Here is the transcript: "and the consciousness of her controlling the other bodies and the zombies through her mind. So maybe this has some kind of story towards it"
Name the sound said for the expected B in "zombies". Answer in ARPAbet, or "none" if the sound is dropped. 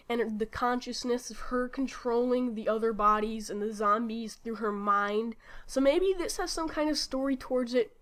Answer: B